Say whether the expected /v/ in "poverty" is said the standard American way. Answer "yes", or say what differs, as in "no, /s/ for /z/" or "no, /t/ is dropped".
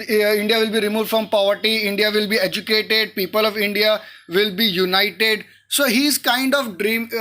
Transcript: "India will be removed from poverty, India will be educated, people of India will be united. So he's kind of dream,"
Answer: yes